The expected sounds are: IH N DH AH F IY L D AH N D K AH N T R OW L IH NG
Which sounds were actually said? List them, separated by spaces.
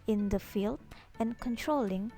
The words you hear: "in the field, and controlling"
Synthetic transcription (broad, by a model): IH N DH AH F IY L D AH N K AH N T R OW L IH NG